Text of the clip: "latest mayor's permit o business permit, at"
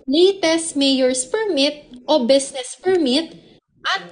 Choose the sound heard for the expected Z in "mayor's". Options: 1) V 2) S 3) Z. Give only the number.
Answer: 2